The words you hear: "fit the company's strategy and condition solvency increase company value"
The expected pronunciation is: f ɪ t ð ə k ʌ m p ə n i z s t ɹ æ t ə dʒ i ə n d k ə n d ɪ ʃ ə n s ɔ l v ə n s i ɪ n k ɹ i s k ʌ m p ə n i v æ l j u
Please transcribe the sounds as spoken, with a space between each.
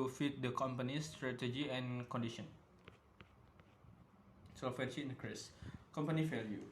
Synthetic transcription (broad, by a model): f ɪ t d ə k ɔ m p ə n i s t ɹ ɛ t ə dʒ i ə n k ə n d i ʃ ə n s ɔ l f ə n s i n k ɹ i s k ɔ m p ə n i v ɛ l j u